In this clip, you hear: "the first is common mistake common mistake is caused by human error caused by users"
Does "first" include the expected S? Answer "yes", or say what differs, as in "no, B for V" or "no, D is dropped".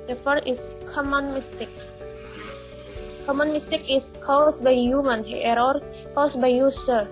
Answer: no, S is dropped